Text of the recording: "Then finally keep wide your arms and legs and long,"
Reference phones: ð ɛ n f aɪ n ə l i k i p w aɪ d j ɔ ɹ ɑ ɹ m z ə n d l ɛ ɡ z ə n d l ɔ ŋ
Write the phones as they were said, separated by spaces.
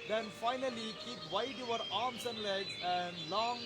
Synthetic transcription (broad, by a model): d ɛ n f aɪ n ə l i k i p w aɪ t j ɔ ɹ ɑ ɹ m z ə n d l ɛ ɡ ə n d l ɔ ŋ